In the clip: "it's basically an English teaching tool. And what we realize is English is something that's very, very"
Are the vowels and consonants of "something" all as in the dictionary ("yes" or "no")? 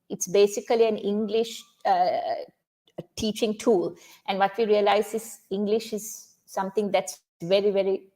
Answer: no